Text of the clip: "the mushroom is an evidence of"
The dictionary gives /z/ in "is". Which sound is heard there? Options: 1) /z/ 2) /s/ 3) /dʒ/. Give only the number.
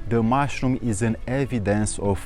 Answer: 1